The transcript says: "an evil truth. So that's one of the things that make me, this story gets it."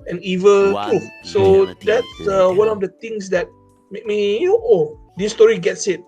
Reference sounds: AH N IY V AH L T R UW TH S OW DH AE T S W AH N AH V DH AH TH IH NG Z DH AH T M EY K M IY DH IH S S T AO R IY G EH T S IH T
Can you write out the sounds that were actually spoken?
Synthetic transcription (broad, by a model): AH N IY V AH L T UW S OW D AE T S W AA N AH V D AH T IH NG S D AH T M EY K M IY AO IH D S T AO R IY G EH T S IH T